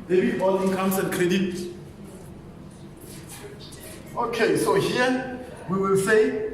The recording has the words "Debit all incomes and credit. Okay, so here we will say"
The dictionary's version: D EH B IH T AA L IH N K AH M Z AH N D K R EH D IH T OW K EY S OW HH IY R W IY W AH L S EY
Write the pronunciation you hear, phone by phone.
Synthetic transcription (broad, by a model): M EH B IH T AA L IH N K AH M S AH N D K R EH D IH T OW K EY S OW HH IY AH W IY W AH L S EY